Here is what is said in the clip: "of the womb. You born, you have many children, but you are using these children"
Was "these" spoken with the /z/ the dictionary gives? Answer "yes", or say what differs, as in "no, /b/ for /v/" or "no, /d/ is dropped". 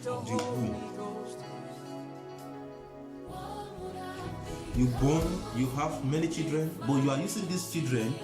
no, /s/ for /z/